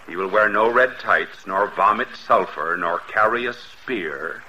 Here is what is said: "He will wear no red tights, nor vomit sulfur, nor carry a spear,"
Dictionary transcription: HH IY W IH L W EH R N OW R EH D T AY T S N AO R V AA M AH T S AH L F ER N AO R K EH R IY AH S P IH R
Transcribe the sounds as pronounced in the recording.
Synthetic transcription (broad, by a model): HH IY W IH L W EH R N OW R EH D T AY T S N AO R V AA M AH T S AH L F ER N AO R K EH R IY AH S P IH R